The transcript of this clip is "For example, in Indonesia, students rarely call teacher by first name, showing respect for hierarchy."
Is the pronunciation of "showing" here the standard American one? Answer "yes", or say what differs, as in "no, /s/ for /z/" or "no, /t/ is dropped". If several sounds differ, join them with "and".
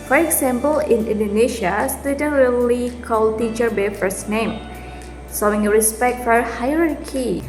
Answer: no, /s/ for /ʃ/